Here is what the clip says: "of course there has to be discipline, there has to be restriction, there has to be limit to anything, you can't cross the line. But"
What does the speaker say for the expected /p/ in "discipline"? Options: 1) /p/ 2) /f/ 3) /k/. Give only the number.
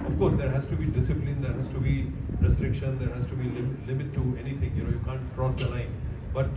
1